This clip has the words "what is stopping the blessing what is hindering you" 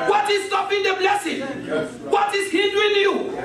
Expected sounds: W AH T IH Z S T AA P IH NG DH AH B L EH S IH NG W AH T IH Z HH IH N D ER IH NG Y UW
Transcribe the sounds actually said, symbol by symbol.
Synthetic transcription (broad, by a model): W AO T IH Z S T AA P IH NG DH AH B L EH S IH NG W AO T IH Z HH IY D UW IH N Y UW